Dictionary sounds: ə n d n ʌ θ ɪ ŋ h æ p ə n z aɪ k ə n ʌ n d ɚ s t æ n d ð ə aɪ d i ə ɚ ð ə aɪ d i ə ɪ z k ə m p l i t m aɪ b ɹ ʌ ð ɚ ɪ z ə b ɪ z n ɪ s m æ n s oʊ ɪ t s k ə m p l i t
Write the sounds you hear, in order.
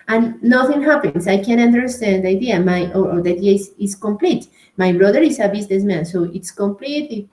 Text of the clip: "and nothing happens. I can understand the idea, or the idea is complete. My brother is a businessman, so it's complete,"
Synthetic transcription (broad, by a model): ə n n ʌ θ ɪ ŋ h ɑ p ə n s aɪ k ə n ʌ n d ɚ s t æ n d aɪ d i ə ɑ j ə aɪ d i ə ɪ s k ə m p l i t m aɪ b ɹ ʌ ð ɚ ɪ s ə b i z n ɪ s m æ n s oʊ ɪ t s k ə m p l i t